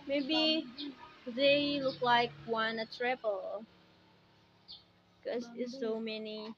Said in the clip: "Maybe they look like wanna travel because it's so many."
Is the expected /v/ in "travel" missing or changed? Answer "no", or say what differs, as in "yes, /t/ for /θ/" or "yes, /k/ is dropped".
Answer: yes, /p/ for /v/